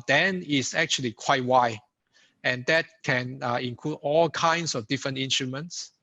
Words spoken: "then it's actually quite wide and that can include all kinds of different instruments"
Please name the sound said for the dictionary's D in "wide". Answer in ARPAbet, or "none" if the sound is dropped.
none